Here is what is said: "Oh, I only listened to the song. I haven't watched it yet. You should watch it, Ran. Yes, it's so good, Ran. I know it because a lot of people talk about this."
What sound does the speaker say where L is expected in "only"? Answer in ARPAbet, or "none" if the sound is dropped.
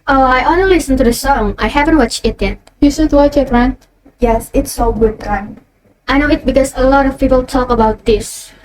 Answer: none